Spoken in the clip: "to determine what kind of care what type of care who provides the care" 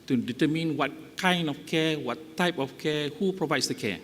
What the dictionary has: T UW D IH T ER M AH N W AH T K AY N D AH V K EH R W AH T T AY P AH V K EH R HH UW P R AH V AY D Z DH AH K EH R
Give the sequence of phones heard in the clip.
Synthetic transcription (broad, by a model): T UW D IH T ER M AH N W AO T K AY N D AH F K EH W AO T T AY P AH F K EH HH UW P R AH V AY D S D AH K EH